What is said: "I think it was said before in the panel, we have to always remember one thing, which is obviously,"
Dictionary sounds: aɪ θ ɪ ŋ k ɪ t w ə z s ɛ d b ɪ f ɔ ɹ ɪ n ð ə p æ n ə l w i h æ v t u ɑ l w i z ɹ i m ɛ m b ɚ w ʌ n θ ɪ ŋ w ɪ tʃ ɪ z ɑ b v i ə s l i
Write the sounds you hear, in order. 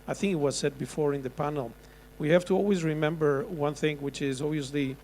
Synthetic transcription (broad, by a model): aɪ θ ɪ ŋ k ɪ t w ə z s ɛ d b ɪ f ɔ ɹ ɪ n ð ə p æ n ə l w i h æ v t u ɑ l w i z ɹ i m ɛ m b ɚ w ʌ n θ ɪ ŋ w ɪ tʃ ɪ z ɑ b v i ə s l i